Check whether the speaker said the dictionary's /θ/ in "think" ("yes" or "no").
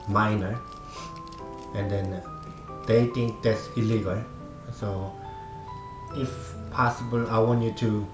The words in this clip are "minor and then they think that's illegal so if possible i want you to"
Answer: no